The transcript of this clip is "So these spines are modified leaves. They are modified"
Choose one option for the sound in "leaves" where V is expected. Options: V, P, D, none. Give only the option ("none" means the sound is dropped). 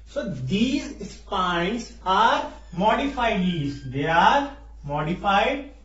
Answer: none